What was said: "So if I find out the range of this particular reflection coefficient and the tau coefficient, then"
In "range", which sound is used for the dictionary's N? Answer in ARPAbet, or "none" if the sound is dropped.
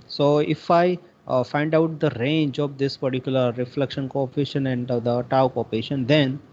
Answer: N